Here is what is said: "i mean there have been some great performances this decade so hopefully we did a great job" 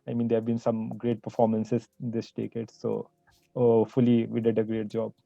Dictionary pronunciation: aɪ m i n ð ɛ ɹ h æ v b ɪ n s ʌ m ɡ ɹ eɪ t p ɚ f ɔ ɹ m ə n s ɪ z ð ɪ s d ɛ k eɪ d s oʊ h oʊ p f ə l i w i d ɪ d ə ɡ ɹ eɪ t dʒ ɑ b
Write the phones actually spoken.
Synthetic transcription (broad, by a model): aɪ m i n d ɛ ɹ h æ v b ɪ n s ʌ m ɡ ɹ eɪ t p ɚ f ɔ ɹ m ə n s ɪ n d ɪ s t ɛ k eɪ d s oʊ oʊ f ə l i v i d ɪ d ə ɡ ɹ eɪ t dʒ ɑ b